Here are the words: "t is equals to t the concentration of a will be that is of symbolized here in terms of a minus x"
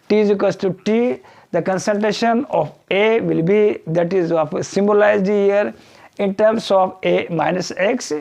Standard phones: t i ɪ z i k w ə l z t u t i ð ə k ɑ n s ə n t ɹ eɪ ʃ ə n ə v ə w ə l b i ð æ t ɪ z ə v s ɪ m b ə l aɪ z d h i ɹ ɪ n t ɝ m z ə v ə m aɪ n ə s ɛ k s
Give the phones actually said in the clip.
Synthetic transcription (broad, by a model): t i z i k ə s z t u t i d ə k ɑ n s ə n t ɹ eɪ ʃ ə n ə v ə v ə l b i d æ t ɪ z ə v s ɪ m b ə l aɪ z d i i ɹ ɪ n t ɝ m s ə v ə m aɪ n ə s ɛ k s